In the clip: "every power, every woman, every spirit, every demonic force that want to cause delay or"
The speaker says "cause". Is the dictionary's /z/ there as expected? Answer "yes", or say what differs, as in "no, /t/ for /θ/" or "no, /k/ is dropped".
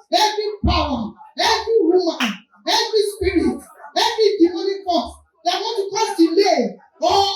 no, /z/ is dropped